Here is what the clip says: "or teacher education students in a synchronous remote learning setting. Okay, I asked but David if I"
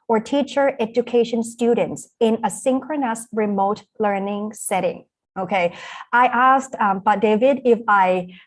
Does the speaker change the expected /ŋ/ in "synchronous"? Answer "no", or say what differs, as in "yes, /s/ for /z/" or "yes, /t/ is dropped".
no